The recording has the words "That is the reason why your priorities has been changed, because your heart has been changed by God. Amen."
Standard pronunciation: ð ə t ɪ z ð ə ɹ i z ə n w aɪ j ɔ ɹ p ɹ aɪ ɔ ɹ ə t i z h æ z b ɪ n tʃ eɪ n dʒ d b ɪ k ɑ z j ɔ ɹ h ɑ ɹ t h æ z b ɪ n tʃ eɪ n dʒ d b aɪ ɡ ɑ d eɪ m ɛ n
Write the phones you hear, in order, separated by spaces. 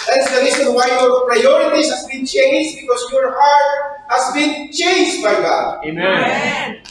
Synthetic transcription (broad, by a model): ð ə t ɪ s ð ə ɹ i s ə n w aɪ j ɔ ɹ p ɹ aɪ ɔ ɹ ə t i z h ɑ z b ɪ n tʃ eɪ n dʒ b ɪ k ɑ s j ɔ ɹ h ɑ ɹ t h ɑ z b ɪ n tʃ eɪ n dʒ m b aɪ ɡ ɑ d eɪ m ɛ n